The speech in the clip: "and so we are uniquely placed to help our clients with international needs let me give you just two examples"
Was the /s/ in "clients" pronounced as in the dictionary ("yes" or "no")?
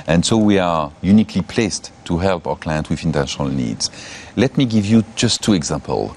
no